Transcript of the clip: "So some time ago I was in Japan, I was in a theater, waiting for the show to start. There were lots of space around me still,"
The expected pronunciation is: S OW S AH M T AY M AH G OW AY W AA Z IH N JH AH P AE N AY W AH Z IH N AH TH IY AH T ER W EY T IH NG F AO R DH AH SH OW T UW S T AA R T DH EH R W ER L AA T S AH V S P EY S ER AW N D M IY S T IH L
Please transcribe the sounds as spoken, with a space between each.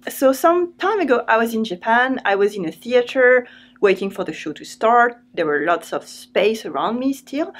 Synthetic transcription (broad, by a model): S OW S AH M T AY M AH G OW AY W AA Z IH N JH AH P AE N AY W AH Z IH N AH TH IY AH T ER W EY T IH NG F AO R DH AH SH OW T UW S T AA R T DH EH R W ER L AA T S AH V S P EY S ER AW N D M IY S T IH L